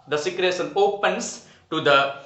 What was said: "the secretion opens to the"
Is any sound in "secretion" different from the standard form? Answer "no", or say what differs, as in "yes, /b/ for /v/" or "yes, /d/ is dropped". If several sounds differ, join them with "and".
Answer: yes, /s/ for /ʃ/